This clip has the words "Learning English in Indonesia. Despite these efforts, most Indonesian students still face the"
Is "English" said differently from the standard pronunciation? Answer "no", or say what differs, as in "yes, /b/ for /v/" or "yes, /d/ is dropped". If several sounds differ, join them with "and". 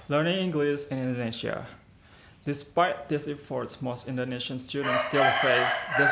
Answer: yes, /s/ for /ʃ/